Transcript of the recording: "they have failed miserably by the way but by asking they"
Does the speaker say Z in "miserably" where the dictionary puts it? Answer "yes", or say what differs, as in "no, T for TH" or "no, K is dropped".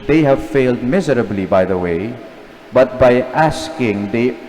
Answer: yes